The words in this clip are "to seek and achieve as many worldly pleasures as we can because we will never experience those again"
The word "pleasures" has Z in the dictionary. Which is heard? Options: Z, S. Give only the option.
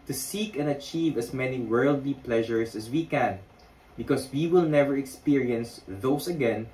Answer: S